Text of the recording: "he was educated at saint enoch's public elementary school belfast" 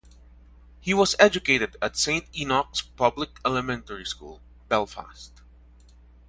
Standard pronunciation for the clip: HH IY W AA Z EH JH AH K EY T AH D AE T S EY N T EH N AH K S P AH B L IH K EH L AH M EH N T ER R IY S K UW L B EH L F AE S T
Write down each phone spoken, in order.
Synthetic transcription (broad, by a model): HH IY W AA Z EH JH AH K EY T AH D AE T S EY N T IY N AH K S P AH B L IH K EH L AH M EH N T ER R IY S K UW L B EH L F AE S T